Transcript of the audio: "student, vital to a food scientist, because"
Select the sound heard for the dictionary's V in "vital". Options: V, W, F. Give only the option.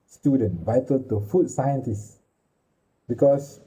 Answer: V